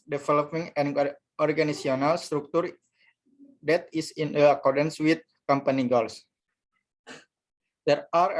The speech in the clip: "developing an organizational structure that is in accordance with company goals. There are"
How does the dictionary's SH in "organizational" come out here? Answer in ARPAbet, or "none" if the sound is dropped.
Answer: none